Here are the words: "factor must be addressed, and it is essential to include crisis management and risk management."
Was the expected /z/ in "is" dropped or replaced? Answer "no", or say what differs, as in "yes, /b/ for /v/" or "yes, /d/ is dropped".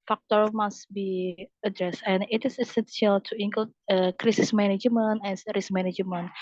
yes, /s/ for /z/